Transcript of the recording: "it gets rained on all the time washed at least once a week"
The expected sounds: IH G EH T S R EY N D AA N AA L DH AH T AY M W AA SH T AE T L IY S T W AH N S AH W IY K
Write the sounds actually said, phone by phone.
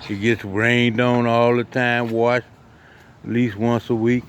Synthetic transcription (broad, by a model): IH G EH T S R EY N D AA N AA L DH AH T AY M W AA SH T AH T L IY S T W AH N S AH W IY K